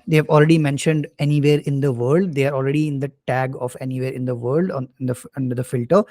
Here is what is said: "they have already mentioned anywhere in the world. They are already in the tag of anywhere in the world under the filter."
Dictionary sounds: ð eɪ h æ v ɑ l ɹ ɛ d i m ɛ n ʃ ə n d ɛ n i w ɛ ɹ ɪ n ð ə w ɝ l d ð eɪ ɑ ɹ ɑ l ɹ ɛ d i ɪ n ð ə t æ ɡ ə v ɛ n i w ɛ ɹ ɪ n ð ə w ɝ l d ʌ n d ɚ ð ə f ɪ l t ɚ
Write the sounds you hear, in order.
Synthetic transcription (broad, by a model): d eɪ h æ v ɑ l ɹ ɛ d i m ɛ n ʃ ə n d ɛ n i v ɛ ɹ ɪ n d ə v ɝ l d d eɪ ɑ ɹ ɑ l ɹ ɛ d i ɪ n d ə t æ ɡ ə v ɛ n i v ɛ ɹ ɪ n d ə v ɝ l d ʌ n d ɚ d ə f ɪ l t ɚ